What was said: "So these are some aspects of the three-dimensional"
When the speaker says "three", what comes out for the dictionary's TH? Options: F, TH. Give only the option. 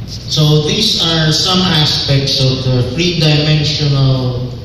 F